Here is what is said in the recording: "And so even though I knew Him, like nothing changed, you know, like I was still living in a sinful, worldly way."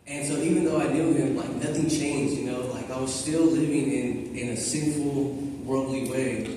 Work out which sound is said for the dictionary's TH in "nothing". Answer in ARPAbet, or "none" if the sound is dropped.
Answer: TH